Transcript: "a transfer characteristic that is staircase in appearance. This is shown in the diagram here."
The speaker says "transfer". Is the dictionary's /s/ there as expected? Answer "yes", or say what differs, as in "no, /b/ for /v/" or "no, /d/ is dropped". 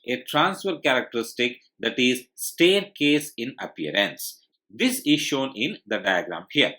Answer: yes